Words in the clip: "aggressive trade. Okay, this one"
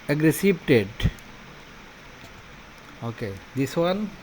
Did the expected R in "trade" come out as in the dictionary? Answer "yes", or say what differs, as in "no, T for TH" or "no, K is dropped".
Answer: no, R is dropped